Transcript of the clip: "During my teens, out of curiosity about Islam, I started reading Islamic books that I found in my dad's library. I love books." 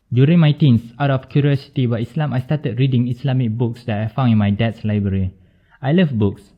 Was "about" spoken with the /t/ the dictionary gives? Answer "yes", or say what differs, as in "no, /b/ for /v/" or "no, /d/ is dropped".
no, /t/ is dropped